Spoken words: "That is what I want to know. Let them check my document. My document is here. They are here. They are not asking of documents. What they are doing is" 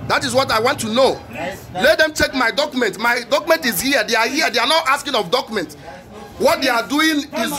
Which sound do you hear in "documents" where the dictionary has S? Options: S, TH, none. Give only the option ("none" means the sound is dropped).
none